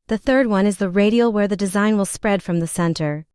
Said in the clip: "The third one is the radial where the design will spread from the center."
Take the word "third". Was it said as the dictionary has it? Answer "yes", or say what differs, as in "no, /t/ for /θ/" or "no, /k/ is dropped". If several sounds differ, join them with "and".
yes